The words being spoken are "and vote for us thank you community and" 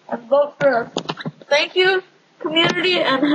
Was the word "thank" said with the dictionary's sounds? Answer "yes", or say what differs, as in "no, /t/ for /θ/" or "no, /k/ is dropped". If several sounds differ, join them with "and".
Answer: no, /t/ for /θ/